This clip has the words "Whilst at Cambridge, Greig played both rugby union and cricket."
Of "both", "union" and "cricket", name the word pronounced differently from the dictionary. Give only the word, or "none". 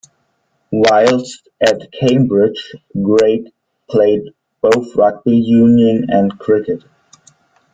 none